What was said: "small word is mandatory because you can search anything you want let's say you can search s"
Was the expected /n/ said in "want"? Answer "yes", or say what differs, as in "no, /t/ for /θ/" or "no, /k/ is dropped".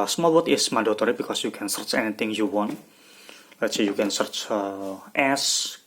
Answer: yes